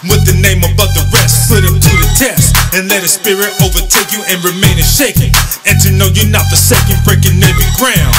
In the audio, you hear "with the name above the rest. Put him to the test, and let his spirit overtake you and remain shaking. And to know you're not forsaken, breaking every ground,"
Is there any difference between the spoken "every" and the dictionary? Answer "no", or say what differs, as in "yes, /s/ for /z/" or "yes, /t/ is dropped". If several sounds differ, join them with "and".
yes, /ɹ/ is dropped